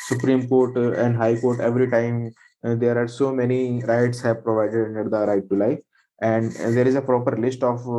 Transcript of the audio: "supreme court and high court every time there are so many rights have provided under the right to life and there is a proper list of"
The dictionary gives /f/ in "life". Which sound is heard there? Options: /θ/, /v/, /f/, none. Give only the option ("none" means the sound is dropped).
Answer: none